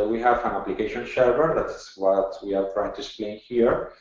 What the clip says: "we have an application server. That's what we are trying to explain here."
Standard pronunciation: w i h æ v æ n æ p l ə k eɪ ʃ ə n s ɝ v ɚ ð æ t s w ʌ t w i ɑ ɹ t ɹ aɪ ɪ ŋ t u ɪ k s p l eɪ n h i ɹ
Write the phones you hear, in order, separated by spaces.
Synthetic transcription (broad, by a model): w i h æ v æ n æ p l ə k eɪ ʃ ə n ʃ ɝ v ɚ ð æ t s w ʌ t w i ɑ ɹ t ɹ aɪ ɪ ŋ t u ɪ k s p l eɪ n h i ɹ